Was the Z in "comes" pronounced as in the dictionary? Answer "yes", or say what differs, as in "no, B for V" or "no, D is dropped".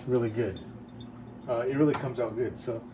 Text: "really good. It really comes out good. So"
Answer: yes